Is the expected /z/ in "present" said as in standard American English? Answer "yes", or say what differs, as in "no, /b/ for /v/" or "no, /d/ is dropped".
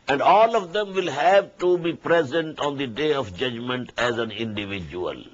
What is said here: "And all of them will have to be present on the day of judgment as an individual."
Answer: yes